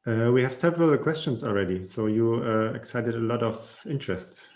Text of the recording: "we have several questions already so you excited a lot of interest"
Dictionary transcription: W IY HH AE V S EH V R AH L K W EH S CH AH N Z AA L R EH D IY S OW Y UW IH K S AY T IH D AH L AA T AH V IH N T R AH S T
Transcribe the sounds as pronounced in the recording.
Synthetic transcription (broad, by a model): W IY HH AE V S EH V R AH L K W EH S CH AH N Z AA L R EH D IY S OW Y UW IH K S AY T IH D AH L AA T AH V IH N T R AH S T